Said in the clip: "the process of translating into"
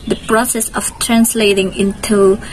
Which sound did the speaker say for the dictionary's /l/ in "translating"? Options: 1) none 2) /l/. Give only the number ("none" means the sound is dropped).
2